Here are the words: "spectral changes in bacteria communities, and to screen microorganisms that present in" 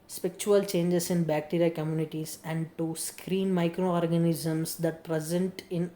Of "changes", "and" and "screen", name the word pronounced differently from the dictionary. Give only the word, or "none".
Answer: changes